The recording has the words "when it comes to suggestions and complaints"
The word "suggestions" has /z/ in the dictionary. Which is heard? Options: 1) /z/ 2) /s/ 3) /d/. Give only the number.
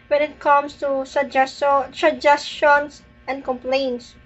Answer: 2